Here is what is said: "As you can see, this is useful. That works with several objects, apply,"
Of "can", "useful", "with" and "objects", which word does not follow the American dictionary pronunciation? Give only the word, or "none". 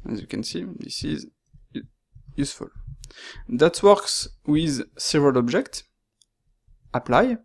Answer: none